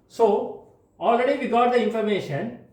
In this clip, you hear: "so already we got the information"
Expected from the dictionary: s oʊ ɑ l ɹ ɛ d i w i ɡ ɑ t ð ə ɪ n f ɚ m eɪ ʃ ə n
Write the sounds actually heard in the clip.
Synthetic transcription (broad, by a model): s oʊ ɑ l ɹ ɛ d i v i ɡ ɑ t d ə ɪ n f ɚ m eɪ ʃ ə n